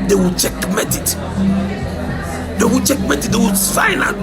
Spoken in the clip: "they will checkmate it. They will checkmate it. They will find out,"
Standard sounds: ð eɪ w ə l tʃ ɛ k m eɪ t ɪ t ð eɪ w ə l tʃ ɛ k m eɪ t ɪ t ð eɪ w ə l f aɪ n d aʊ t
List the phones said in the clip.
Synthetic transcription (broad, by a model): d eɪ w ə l tʃ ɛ k m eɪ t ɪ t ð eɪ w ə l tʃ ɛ k m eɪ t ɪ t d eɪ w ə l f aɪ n aʊ